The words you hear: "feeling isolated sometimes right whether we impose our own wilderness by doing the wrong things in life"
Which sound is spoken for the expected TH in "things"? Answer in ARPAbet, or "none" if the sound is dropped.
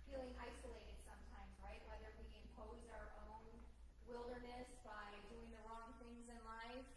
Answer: TH